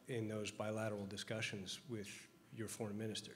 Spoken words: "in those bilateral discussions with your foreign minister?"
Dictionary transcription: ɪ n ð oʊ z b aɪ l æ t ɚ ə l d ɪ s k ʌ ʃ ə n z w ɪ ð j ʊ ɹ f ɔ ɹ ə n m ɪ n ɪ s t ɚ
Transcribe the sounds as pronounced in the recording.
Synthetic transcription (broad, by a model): ɪ n ð oʊ z b aɪ l æ t ɚ l d ɪ s k ʌ ʃ ə n z w ɪ ð j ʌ ɹ f ɔ ɹ ə n m ɪ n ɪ s t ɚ